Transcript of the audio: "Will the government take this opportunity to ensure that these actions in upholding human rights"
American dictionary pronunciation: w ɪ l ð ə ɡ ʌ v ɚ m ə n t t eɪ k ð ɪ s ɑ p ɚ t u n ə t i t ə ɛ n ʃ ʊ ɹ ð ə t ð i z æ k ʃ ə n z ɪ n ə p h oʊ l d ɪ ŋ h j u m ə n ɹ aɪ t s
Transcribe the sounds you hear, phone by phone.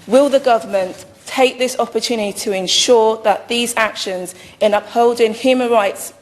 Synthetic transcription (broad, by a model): w ɪ l ð ə ɡ ʌ v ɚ m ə n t t eɪ k ð ɪ s ɑ p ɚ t u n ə t i t ə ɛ n ʃ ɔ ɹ ð ə t ð i z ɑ k ʃ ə n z ɪ n ə p h oʊ l d ɪ ŋ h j u m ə n ɹ aɪ t s